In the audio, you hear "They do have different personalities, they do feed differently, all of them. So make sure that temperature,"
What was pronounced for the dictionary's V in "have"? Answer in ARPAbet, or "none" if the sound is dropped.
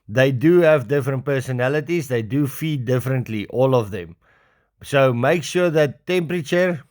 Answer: V